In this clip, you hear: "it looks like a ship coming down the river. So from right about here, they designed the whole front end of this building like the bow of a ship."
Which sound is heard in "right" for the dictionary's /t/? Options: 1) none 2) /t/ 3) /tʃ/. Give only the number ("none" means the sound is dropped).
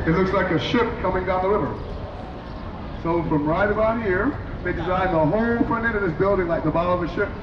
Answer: 2